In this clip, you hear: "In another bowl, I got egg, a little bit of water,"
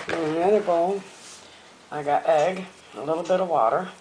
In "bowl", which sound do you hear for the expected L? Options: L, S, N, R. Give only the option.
N